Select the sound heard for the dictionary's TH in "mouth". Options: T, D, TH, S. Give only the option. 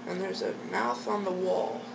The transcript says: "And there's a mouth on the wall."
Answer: TH